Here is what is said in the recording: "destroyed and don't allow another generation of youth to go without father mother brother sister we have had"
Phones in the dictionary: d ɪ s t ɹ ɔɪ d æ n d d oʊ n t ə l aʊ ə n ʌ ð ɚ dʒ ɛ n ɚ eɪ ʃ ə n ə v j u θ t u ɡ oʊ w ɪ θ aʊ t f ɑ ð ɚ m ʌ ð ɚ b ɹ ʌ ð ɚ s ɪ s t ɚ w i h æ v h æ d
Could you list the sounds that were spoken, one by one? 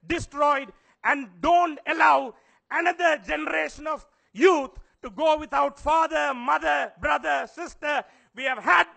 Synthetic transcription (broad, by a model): d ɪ s t ɹ ɔɪ d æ n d d oʊ n t ə l aʊ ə n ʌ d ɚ dʒ ɛ n ɚ eɪ ʃ ə n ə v j u t t u ɡ oʊ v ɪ t aʊ t f ɑ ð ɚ m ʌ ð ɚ b ɹ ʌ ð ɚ s ɪ s t ɚ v i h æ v h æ d